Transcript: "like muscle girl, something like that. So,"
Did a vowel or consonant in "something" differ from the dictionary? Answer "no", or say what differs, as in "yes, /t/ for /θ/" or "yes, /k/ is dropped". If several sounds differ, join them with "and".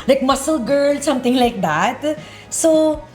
yes, /t/ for /θ/